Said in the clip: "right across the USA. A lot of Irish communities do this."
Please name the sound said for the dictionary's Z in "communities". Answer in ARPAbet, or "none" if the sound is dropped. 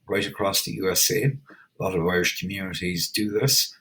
Z